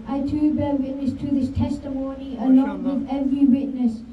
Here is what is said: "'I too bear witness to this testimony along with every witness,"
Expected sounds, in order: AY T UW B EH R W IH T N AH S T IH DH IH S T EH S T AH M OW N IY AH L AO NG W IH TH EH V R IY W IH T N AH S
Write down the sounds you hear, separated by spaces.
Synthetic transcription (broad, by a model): AY T UW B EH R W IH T N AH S T IH DH IH S T EH S T AH M OW N IY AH L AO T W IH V EH V R IY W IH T N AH S